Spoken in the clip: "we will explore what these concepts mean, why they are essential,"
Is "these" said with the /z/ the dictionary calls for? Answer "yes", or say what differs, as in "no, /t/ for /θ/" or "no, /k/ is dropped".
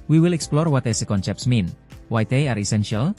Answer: no, /z/ is dropped